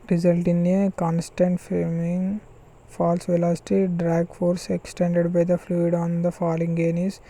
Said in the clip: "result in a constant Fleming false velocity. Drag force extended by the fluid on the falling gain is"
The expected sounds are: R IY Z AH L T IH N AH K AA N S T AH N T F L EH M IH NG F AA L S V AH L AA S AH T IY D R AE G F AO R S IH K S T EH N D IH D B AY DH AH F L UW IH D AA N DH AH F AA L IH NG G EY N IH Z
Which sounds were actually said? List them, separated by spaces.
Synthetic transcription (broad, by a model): R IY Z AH L T IH N AH K AA N S T AH N T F EH M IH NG F AA L S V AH L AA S T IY D R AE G F AO R S IH K S T EH N D IH D B AY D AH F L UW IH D AA N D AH F AA L IH NG G EY N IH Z